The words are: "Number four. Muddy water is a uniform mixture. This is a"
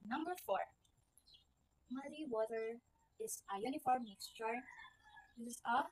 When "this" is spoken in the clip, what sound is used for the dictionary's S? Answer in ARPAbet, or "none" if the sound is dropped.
none